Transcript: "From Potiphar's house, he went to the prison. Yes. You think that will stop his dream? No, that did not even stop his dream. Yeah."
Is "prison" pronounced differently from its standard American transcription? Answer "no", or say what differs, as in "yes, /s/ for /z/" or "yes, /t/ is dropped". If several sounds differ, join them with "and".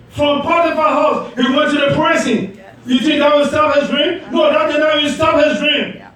yes, /s/ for /z/